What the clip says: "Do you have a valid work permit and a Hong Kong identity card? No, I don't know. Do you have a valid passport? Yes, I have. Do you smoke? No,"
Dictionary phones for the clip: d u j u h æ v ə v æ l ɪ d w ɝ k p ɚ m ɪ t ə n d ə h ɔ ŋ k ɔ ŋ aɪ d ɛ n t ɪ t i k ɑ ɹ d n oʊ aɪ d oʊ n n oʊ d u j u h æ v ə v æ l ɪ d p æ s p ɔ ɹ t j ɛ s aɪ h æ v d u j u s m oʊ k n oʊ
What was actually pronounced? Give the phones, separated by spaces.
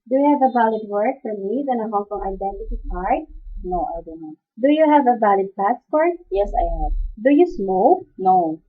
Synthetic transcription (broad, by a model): d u j u h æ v ə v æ l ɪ d w ɝ k f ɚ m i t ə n ə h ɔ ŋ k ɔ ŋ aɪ d ɛ n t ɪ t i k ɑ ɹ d n oʊ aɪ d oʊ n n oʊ d u j u h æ v ə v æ l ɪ d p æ s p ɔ ɹ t j ɛ s aɪ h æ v d u j u s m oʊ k n oʊ